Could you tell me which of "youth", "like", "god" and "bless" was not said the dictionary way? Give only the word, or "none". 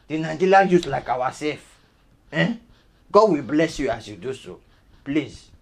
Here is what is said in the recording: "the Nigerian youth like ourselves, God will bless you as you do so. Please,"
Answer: youth